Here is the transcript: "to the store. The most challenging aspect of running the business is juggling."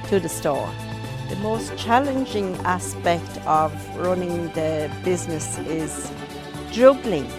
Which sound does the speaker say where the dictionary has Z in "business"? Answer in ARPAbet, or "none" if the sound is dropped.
Z